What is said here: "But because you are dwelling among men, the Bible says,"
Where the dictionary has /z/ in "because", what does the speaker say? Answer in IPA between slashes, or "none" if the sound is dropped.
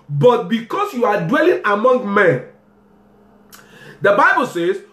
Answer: /s/